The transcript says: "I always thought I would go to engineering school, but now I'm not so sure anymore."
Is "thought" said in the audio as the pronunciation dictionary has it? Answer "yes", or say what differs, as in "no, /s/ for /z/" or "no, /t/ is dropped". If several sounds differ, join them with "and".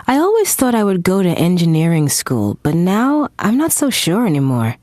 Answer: yes